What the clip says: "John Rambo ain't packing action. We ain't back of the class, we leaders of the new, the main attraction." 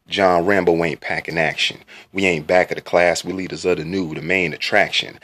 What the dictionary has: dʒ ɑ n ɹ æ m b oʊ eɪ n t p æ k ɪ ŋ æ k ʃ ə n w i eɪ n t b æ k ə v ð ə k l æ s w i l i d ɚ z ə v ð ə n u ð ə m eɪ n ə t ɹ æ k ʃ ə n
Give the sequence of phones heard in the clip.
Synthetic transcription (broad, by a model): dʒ ɑ n ɹ æ m b oʊ eɪ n p æ k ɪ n æ k ʃ ə n w i eɪ n b æ k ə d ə k l æ s w i l i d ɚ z ə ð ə n u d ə m eɪ n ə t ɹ æ k ʃ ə n